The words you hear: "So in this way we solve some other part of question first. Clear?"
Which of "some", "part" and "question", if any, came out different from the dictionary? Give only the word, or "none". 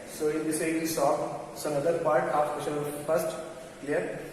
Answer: question